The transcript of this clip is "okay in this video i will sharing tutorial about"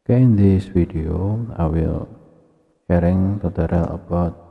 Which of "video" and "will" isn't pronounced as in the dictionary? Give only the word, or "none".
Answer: video